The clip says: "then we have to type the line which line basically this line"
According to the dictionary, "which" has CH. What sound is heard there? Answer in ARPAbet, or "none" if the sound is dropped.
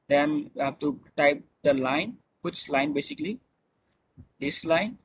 S